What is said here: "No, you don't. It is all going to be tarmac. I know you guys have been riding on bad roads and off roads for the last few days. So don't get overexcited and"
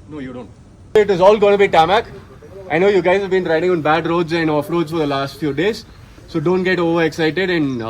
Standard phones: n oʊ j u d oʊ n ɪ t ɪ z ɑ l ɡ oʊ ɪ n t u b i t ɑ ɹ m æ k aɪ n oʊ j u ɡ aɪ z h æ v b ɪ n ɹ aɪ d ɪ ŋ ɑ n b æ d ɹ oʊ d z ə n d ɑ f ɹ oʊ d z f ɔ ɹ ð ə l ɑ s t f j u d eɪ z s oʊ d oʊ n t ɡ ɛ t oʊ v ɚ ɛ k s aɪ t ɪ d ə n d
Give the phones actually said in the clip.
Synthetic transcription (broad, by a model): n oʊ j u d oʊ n ɪ t ɪ z ɑ l ɡ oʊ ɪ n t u b i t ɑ m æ k aɪ n oʊ j u ɡ aɪ z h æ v b ɪ n ɹ aɪ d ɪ ŋ ɑ n b æ d ɹ oʊ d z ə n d ɑ f ɹ oʊ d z f ɔ ɹ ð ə l ɑ s t f j u d eɪ z s oʊ d oʊ n t ɡ ɛ t oʊ v ɚ ɛ k s aɪ t ɪ d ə n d